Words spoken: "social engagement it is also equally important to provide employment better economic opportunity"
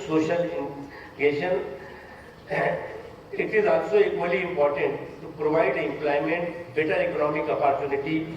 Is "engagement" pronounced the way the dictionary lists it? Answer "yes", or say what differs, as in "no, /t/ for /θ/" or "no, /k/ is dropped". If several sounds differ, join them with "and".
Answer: no, /t/ is dropped